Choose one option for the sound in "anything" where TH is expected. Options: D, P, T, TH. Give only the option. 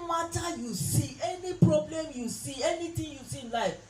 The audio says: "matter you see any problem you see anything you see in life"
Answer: T